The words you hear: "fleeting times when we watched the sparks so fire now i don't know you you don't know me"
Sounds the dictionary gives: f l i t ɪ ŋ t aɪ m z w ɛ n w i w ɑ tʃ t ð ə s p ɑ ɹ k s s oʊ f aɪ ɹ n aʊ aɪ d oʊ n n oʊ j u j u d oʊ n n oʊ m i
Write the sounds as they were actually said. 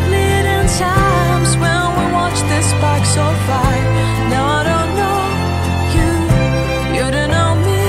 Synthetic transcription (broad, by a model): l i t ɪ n t aɪ m z w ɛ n w i w ɑ tʃ ð ə s b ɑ k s s oʊ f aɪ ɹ n aʊ aɪ d oʊ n n oʊ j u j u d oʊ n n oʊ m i